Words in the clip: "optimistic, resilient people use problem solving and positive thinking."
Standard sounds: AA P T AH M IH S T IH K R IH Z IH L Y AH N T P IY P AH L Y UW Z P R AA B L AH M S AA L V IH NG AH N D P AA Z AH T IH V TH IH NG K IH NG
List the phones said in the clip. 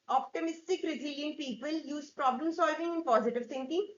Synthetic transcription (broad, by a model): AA P T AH M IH S T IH K R IH Z IH L Y AH N T P IY P AH L Y UW Z P R AA B L AH M S AA L V IH NG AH N P AA Z AH T IH V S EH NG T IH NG